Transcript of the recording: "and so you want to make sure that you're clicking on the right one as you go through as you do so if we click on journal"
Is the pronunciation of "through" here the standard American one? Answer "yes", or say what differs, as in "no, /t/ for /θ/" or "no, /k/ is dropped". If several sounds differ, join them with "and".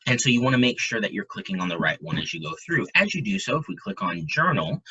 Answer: yes